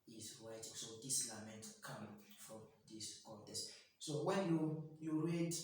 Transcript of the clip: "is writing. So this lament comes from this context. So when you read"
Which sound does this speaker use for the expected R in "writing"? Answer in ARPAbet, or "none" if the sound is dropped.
W